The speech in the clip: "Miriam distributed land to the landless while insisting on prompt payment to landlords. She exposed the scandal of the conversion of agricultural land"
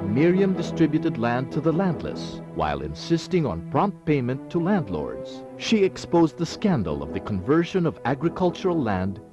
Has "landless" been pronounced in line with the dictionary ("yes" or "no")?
yes